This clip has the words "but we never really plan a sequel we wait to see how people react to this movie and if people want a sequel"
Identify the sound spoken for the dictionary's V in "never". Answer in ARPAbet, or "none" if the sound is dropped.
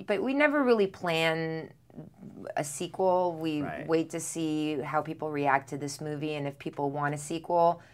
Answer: V